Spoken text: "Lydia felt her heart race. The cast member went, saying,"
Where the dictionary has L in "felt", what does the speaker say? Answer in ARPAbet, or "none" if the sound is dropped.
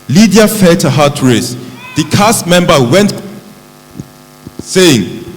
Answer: none